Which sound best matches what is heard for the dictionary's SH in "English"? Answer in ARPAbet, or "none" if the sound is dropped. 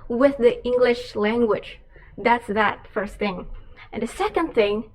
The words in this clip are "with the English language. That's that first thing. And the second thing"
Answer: SH